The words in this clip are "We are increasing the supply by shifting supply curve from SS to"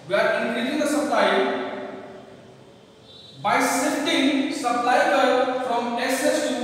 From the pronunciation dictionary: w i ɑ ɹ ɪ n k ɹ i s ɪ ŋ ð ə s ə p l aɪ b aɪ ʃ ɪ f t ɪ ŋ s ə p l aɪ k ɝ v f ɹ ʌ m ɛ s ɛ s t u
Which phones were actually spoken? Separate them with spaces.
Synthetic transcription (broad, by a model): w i ɑ ɹ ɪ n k ɹ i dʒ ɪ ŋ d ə s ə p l aɪ b aɪ s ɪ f t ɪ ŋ s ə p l aɪ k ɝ f ɹ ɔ m ɛ s ɛ s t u